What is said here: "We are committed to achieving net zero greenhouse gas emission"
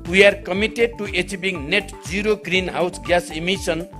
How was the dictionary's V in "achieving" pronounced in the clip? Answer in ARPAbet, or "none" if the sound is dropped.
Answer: B